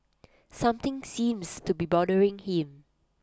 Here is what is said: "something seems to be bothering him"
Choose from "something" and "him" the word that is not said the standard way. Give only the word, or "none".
something